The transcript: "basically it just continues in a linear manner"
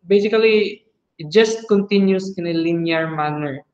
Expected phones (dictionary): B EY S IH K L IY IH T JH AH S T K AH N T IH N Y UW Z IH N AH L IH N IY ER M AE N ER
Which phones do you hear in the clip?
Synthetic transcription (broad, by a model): B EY S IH K L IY IH T JH AH S T K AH N T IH N Y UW S IH N AH L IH N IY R M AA N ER